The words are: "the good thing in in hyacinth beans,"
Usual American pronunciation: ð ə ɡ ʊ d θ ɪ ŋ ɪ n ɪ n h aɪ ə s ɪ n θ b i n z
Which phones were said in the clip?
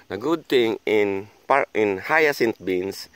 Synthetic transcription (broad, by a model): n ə ɡ ʊ d t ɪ ŋ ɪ n ɪ n h aɪ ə s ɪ n t b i n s